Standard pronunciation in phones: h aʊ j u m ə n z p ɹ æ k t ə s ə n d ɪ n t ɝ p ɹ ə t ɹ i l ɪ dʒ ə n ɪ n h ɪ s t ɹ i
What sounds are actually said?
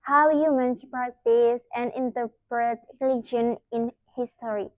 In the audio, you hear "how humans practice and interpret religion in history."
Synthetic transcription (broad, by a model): h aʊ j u m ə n s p ɑ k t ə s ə n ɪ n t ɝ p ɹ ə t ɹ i l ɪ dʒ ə n ɪ n h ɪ s t ɹ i